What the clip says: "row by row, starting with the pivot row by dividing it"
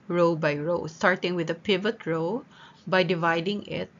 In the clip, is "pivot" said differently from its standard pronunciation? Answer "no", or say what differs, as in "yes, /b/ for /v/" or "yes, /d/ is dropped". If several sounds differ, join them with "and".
no